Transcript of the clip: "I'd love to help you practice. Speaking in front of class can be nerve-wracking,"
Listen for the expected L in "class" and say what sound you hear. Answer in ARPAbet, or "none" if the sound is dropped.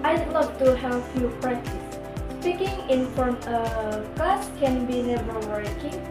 none